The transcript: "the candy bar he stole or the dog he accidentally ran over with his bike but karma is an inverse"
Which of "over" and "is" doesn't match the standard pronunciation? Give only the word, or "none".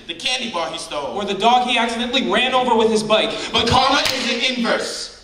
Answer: none